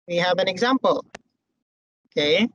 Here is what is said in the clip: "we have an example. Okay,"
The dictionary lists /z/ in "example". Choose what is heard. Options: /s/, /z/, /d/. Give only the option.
/z/